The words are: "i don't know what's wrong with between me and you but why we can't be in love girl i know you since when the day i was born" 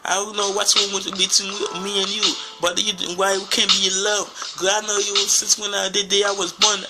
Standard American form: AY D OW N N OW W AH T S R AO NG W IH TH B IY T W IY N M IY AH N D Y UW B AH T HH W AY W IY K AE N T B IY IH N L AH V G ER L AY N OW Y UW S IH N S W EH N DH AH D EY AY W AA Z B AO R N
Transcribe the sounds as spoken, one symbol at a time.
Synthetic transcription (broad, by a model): AY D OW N N OW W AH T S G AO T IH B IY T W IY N M IY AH N Y UW B AH T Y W AY W IY K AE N B IY IH N L AH V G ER AY N OW Y UW S IH N S W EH N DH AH D EY AY W AA Z B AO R N